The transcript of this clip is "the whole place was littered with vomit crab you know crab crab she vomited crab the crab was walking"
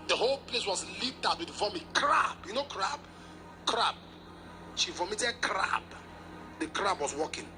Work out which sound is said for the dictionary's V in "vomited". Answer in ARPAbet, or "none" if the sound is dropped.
V